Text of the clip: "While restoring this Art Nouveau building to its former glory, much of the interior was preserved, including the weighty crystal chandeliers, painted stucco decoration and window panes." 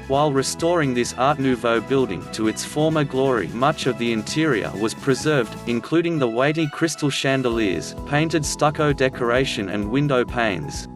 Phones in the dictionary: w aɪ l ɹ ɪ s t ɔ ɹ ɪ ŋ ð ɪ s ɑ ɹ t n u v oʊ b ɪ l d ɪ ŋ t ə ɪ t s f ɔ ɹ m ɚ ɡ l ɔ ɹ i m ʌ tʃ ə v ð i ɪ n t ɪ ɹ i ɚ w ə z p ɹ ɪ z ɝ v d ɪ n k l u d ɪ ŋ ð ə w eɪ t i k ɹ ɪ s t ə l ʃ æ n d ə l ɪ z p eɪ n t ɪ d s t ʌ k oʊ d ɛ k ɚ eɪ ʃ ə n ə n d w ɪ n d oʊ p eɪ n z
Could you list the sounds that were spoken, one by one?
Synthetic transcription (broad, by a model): w aɪ l ɹ ɪ s t ɔ ɹ ɪ ŋ ð ɪ s ɑ ɹ t n u v oʊ b ɪ l d ɪ ŋ t ə ɪ t s f ɔ ɹ m ɚ ɡ l ɔ ɹ i m ʌ tʃ ə v ð i ɪ n t ɪ ɹ i ɚ w ə z p ɹ ɪ z ɝ v d ɪ n k l u d ɪ ŋ ð ə w eɪ t i k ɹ ɪ s t l ʃ æ n d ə l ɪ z p eɪ n t ɪ d s t ʌ k oʊ d ɛ k ɚ eɪ ʃ ə n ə n w ɪ n d oʊ p eɪ n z